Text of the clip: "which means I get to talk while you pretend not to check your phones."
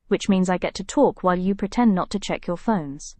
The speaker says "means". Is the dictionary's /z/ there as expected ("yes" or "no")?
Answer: yes